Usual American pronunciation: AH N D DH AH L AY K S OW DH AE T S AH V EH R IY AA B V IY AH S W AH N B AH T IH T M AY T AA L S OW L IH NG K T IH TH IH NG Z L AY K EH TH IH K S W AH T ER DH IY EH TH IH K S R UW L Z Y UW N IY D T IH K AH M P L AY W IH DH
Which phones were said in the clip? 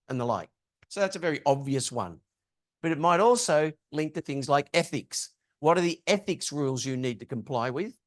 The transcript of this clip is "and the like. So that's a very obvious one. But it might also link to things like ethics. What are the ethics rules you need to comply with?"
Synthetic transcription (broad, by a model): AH N DH AH L AY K S OW DH AE T S AH V EH R IY AA B V IY AH S W AH N B AH T IH T M AY T AA L S OW L IH NG K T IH TH IH NG Z L AY K EH TH IH K S W AH T ER DH IY EH TH IH K S R UW L Z Y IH N IY D T IH K AH M P L AY W IH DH